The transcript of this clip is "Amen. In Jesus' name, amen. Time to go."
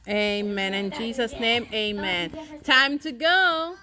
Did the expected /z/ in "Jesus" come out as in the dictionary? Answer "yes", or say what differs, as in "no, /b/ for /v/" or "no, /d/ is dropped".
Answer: yes